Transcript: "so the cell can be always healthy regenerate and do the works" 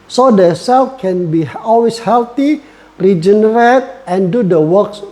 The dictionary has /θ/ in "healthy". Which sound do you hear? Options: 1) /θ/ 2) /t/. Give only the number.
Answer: 2